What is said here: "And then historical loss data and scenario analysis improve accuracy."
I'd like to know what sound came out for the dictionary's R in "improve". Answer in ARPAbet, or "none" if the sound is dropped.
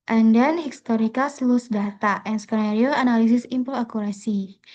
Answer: none